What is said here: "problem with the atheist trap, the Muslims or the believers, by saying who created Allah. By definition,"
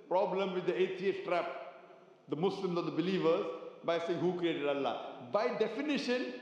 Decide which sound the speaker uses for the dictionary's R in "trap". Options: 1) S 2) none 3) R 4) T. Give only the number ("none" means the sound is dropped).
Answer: 3